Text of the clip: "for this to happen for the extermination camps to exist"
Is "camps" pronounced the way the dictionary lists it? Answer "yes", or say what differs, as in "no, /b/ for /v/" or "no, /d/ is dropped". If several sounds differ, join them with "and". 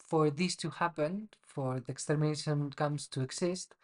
no, /p/ is dropped